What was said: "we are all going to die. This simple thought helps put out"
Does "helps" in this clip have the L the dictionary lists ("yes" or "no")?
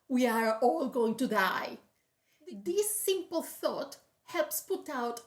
yes